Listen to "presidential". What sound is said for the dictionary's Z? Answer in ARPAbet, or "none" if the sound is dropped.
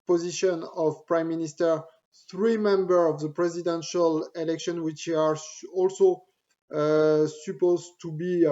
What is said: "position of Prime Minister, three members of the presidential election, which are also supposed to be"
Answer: Z